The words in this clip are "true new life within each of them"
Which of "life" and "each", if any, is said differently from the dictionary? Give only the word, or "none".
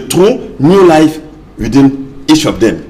each